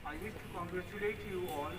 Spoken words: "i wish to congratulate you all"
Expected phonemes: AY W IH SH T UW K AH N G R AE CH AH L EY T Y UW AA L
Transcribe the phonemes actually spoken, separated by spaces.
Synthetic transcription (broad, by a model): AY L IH S T UW K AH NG G R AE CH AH L EY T Y UW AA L